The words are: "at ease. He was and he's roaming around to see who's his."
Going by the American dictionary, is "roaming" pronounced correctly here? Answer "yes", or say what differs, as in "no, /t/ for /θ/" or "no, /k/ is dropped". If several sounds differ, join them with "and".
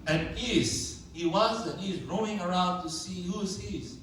no, /m/ is dropped